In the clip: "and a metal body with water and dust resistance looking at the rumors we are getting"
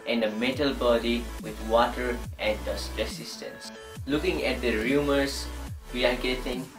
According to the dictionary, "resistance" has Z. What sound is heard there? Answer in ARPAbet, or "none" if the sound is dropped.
S